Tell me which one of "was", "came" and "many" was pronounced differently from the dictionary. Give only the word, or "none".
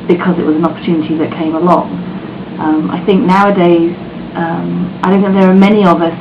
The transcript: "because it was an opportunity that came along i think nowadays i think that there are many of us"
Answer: none